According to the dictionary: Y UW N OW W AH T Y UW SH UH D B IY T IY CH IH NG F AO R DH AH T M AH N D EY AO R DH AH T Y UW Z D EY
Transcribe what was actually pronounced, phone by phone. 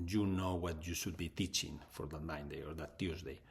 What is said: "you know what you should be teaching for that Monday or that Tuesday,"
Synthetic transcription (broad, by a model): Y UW N OW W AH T Y UW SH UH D B IY T IY CH IH NG F AO R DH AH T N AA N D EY AO R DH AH T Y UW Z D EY